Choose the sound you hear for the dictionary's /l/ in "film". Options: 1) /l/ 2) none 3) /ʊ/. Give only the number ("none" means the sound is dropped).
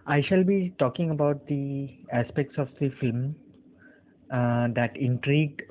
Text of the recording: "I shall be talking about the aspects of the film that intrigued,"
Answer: 1